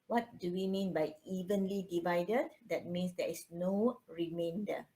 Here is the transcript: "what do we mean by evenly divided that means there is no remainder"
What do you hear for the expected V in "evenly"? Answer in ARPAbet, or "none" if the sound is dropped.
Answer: V